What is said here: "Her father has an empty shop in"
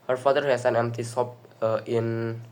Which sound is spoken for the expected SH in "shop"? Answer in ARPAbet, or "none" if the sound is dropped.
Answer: S